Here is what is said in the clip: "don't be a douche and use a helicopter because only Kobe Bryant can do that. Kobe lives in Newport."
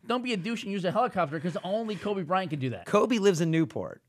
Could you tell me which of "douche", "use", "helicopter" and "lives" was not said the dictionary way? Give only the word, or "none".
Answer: none